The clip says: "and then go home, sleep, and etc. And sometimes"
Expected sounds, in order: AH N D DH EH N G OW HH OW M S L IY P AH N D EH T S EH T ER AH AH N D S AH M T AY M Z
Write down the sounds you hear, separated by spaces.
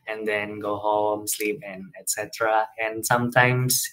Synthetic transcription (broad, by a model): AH N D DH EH N G OW HH OW M S L IY P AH N EH T S EH T ER AH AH N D S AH M T AY M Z